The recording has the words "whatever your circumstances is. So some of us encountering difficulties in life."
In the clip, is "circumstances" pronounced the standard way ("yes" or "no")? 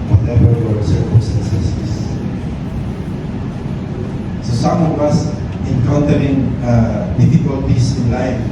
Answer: no